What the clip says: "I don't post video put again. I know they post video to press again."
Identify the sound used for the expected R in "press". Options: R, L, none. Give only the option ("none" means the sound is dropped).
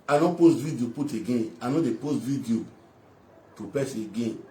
none